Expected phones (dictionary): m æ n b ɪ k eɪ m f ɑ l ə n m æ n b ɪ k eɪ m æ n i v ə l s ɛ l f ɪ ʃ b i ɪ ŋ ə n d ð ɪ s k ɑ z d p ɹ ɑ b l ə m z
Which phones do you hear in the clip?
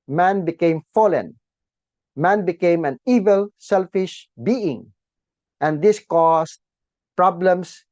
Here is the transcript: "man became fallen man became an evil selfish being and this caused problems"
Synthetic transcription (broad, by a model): m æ n b ɪ k eɪ m f ɑ l ə n m æ n b ɪ k eɪ m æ n i v ə l s ɛ l f ɪ ʃ b i ɪ ŋ ə n d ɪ s k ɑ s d p ɹ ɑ b l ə m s